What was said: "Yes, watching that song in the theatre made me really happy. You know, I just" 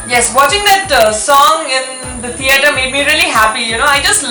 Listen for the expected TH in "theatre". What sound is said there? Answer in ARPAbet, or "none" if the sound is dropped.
T